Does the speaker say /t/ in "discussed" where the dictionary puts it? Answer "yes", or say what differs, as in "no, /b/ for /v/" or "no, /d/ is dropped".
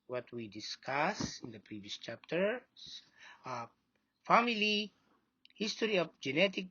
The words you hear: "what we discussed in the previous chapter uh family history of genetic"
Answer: no, /t/ is dropped